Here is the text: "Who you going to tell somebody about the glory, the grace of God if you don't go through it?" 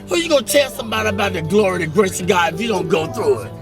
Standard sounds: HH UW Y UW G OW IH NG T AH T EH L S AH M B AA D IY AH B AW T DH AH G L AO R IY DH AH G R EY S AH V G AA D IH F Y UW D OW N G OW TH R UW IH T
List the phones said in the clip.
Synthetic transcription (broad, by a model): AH Y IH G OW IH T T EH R S AH M B AA D IY AH B AW T DH AH G L AO R IY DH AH G R EY S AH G AA IH F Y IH D OW N G OW TH R UW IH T